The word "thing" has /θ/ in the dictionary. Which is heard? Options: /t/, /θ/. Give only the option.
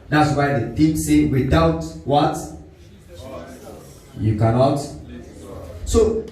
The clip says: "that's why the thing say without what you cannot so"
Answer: /t/